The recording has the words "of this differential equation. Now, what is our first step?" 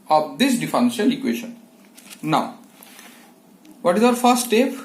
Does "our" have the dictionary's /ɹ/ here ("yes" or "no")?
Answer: yes